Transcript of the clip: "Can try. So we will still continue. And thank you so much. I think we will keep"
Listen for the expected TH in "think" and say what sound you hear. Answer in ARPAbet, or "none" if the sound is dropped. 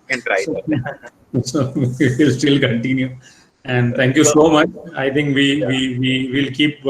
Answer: T